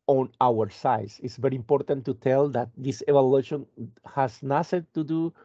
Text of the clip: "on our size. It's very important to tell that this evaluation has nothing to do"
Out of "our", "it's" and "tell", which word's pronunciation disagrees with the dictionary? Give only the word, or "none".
none